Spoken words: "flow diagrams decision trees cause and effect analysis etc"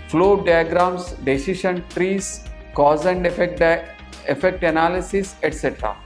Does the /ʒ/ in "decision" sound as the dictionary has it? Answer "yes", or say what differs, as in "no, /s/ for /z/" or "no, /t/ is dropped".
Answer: no, /ʃ/ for /ʒ/